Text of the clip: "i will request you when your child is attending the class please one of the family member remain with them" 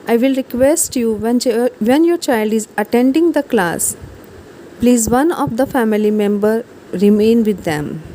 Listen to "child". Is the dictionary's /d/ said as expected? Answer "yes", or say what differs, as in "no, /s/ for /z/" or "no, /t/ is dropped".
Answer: yes